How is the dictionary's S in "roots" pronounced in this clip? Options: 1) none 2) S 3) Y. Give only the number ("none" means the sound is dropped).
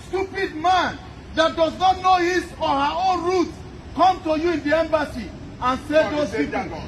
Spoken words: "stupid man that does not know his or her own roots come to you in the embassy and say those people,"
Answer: 1